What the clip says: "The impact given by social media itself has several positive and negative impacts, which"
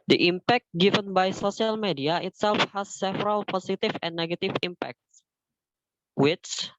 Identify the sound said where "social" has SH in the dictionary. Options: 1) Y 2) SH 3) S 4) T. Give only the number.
3